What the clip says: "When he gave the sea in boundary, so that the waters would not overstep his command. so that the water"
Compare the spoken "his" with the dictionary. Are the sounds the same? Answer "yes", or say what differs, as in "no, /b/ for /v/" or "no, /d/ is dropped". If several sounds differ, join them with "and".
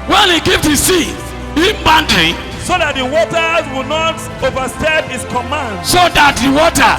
no, /s/ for /z/